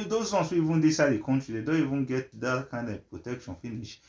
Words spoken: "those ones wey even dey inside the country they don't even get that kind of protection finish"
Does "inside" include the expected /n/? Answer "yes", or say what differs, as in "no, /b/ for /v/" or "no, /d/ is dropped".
no, /n/ is dropped